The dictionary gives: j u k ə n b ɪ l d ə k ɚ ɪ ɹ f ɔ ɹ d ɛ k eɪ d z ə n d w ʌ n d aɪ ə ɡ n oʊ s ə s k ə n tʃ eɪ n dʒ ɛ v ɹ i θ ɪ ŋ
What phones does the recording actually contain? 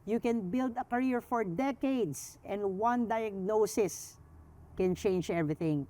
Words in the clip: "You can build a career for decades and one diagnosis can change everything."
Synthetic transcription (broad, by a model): j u k ə n b ɪ l d ə k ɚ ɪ ɹ f ɔ ɹ d ɛ k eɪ d s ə n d w ʌ n d aɪ ə ɡ n oʊ s ə s k ə n tʃ eɪ n dʒ ɛ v ɹ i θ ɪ ŋ